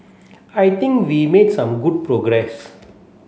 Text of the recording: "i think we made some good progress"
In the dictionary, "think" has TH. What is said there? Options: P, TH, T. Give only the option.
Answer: T